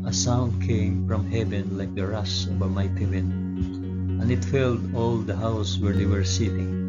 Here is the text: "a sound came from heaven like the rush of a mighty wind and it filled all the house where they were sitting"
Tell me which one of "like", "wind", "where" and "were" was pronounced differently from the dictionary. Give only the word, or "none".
wind